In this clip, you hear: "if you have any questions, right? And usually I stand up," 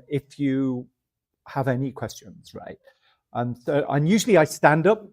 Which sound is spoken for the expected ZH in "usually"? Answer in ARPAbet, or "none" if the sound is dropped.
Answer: ZH